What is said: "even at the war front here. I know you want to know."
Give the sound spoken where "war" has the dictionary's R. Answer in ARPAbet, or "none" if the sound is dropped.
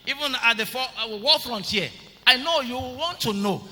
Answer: L